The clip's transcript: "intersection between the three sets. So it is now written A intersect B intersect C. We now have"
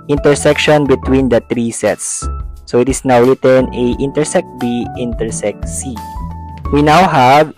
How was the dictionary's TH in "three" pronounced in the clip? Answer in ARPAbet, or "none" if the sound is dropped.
T